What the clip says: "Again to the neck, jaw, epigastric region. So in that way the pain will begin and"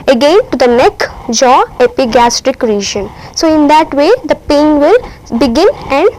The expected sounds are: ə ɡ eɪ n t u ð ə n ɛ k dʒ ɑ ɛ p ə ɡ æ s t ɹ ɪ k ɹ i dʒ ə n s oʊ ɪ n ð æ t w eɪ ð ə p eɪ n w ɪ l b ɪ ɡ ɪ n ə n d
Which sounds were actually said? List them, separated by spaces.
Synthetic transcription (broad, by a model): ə ɡ eɪ n t u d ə n ɛ k dʒ ɑ ɛ p ə ɡ æ s t ɹ ɪ k ɹ i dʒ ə n s oʊ ɪ n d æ t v eɪ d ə p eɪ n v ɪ l b ɪ ɡ ɪ n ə n d